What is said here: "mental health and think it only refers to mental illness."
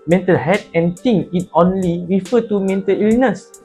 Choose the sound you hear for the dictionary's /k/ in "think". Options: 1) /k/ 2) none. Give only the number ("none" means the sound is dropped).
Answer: 2